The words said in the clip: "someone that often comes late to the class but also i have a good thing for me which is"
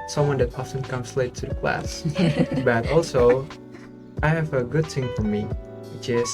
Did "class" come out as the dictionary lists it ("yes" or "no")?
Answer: yes